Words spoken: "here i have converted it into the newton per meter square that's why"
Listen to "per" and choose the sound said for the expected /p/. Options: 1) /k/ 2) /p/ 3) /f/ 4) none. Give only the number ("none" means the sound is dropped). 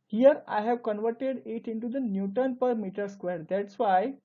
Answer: 2